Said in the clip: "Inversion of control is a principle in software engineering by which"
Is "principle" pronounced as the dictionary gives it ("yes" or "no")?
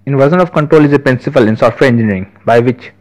no